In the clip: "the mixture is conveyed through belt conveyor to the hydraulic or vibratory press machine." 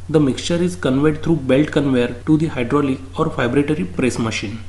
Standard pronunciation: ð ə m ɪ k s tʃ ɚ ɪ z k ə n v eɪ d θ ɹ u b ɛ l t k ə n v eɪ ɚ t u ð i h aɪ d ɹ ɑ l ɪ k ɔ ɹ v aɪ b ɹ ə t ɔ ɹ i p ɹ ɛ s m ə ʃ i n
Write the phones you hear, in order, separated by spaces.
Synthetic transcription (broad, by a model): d ə m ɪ k s tʃ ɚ ɪ z k ə n v eɪ d t ɹ u b ɛ l t k ə n v eɪ ɚ t u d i h aɪ d ɹ ɑ l ɪ k ɔ ɹ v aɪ b ɹ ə t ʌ ɹ i p ɹ ɛ s m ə ʃ i n